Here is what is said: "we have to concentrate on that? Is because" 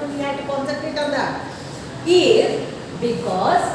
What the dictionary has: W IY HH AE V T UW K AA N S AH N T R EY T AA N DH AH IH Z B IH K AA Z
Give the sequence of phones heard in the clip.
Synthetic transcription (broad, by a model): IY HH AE T UW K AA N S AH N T EY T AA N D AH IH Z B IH K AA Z